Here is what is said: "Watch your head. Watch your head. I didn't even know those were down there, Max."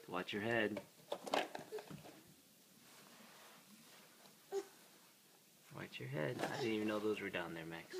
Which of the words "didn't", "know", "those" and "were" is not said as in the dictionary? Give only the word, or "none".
none